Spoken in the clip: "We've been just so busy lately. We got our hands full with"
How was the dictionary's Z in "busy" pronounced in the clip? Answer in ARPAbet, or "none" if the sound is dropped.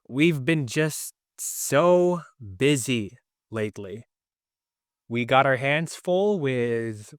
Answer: Z